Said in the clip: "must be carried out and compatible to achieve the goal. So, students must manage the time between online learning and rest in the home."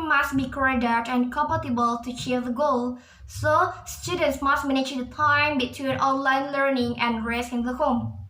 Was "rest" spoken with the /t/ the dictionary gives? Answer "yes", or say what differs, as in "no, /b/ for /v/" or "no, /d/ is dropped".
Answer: no, /t/ is dropped